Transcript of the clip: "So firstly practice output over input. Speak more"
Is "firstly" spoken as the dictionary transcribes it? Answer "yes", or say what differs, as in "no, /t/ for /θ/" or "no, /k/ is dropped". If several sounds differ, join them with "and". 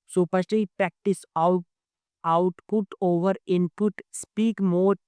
no, /p/ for /f/ and /l/ is dropped